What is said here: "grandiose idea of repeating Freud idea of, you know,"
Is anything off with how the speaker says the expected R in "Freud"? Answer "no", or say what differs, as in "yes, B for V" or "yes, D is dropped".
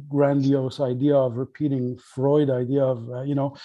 no